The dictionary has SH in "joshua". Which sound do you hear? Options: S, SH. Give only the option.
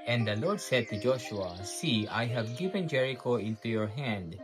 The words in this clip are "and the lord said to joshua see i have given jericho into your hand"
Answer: SH